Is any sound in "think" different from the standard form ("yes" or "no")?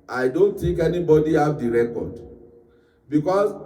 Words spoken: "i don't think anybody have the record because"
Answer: yes